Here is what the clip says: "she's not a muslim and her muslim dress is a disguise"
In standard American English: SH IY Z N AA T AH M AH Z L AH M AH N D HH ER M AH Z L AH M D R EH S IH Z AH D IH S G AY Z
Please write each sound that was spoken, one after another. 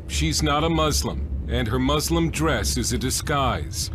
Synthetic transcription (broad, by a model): SH IY Z N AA T AH M AH Z L AH M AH N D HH ER M AH Z L AH M D R EH S IH Z AH D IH S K AY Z